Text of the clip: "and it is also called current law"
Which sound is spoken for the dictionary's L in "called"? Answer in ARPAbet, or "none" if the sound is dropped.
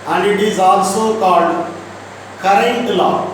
none